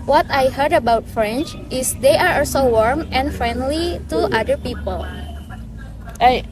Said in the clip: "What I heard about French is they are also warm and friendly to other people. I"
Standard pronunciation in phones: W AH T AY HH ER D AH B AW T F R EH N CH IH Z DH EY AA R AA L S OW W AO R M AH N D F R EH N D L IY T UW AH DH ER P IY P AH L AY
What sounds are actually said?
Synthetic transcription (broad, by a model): W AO T AY HH ER D AH B AW T F R EH N CH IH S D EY AA R AA L S OW W AO R M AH N F R EH N D L IY T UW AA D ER P IY P AH L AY